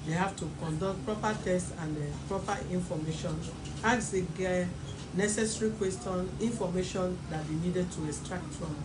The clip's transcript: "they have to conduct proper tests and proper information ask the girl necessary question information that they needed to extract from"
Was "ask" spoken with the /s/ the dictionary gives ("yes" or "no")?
no